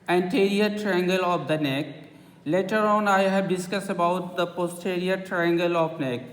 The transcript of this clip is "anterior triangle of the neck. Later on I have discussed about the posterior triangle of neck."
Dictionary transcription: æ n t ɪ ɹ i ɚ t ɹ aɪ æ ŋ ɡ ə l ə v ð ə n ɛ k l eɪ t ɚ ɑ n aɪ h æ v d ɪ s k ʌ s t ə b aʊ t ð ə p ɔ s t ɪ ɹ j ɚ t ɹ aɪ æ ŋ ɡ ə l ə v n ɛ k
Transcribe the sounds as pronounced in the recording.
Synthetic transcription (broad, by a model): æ n t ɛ ɹ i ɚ t ɹ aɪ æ ŋ ɡ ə l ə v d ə n ɛ k l eɪ t ɚ ɑ n aɪ h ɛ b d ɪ s k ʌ s ə b aʊ t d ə p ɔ s t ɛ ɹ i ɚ t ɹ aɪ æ ŋ ɡ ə l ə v n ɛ k